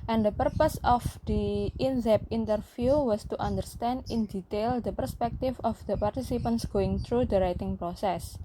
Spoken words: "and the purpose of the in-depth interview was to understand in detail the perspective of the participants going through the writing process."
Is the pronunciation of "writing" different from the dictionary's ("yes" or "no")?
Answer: no